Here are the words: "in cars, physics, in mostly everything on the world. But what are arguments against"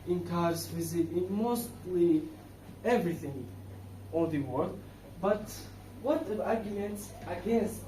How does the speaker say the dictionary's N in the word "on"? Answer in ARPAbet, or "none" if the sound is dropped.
L